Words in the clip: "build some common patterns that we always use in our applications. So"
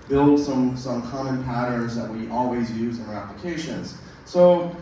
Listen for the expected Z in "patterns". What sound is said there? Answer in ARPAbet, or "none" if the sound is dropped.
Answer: Z